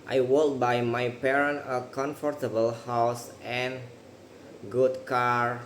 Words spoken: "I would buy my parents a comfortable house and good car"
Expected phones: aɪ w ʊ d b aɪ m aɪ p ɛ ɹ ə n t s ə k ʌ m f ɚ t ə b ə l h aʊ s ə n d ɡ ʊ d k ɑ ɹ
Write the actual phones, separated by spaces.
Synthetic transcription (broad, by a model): aɪ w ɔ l b aɪ m aɪ p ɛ ɹ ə n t ə k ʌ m f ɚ t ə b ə l h aʊ s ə n ɡ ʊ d k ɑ ɹ